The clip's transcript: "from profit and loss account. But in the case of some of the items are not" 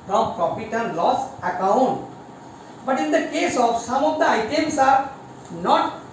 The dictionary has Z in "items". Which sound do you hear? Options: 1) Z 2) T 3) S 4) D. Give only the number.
3